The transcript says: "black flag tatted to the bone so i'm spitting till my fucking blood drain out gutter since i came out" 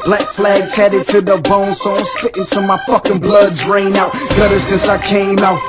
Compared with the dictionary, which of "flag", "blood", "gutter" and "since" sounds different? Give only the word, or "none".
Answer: none